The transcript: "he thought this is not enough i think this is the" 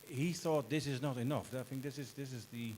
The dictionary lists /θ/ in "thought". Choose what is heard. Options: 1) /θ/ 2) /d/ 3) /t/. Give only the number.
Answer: 1